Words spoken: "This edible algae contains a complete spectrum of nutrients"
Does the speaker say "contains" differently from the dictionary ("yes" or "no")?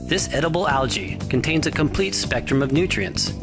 no